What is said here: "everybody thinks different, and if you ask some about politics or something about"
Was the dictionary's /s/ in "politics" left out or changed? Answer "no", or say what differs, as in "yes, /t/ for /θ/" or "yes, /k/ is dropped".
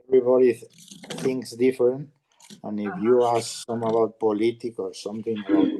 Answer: yes, /s/ is dropped